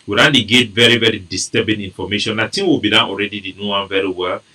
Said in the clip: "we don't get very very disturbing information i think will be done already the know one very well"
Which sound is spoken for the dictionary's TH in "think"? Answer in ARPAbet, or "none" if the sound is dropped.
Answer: T